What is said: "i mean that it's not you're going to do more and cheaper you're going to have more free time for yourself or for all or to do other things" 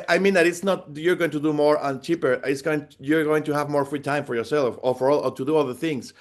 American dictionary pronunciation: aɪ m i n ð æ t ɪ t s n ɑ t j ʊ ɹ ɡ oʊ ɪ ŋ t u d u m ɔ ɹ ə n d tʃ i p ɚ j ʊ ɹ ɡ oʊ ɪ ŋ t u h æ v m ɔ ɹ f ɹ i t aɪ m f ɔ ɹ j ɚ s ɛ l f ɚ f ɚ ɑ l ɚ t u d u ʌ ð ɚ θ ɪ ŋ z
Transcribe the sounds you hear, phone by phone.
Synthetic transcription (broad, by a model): aɪ m i n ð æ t ɪ t s n ɑ t j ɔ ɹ ɡ oʊ ɪ ŋ t u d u m ɔ ɹ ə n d tʃ i p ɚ j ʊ ɹ ɡ oʊ ɪ ŋ t u h æ v m ɔ ɹ f ɹ i t aɪ m f ɔ ɹ j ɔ s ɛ l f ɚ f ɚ ɑ l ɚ t u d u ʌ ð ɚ θ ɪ ŋ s